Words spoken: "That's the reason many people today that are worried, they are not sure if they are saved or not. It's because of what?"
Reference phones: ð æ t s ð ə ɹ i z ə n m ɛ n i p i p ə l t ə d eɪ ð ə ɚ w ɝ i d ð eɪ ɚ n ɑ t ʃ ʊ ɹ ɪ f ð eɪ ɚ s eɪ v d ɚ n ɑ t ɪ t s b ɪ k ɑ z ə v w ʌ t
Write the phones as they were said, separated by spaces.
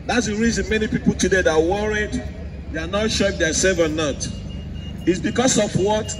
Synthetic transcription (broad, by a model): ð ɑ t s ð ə ɹ i z ə n m ɛ n i p i p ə l t ə d eɪ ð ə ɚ w ɝ i d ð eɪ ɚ n ɑ t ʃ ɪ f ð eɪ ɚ s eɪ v ɚ n ɑ t ɪ t s b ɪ k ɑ s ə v w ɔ t